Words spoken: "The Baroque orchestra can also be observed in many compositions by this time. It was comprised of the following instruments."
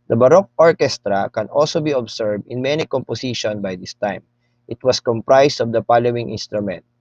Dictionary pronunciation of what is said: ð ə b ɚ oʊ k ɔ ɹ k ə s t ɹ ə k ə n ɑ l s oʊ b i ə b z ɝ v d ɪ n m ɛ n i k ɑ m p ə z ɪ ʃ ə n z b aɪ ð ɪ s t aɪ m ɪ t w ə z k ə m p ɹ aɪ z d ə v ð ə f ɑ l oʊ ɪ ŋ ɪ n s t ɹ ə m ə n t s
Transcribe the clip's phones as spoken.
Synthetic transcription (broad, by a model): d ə b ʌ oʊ k ɔ ɹ k ə s t ɹ ə k ə n ɑ l s oʊ b i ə b s ɝ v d ɪ n m ɛ n i k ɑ m p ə s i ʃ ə n b aɪ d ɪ s t aɪ m ɪ t w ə s k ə m p ɹ aɪ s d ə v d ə p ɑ l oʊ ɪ ŋ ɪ n s t ɹ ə m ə n t